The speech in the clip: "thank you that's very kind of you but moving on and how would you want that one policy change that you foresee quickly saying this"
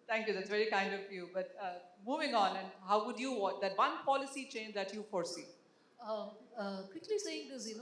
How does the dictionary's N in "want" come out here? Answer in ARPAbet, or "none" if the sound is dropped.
none